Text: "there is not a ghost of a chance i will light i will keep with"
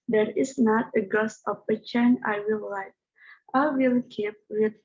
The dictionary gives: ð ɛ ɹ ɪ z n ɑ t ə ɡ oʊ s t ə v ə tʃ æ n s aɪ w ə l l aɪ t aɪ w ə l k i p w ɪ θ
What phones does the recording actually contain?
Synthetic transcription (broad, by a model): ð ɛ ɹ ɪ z n ɑ t ə ɡ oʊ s ə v ə tʃ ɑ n aɪ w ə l l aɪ t aɪ w ə l k i p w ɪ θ